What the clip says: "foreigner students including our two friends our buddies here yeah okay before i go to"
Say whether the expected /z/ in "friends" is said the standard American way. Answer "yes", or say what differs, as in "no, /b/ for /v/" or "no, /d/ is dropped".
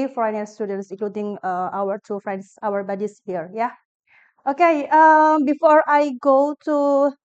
no, /s/ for /z/